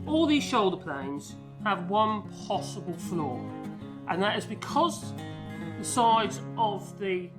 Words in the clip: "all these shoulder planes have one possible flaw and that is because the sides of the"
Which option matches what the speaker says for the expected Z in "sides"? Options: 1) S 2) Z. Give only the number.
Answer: 2